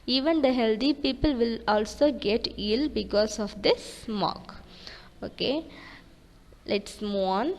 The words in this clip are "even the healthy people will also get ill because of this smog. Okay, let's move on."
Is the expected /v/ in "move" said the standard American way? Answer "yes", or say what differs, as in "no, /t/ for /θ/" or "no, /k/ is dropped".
no, /v/ is dropped